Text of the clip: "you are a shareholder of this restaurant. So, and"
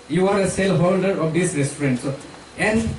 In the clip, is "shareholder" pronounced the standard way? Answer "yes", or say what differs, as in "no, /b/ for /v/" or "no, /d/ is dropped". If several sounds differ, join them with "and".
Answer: no, /s/ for /ʃ/ and /l/ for /ɹ/